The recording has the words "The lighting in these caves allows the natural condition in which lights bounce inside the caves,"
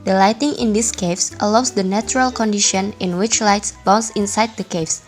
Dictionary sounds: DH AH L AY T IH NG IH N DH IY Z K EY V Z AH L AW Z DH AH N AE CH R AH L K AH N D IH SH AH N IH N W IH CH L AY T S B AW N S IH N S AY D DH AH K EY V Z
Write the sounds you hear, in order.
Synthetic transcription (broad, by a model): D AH L AY T IH NG IH N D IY S K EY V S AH L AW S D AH N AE CH R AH L K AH N D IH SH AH N IH N W IH CH L AY T S B AW N S IH N S AY D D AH K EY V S